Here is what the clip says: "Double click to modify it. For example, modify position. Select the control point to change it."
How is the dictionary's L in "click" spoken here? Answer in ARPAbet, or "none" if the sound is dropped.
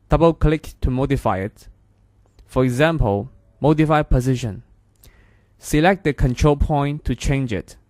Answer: L